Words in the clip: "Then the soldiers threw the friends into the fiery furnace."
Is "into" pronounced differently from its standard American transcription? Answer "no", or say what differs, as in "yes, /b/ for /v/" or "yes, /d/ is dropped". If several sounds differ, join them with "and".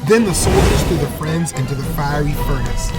no